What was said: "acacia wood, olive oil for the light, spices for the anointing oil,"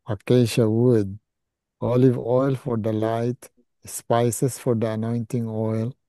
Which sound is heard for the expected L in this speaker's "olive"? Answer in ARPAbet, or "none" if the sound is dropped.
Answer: L